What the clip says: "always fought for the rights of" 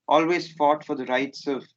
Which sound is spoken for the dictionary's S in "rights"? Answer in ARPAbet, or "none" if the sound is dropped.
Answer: S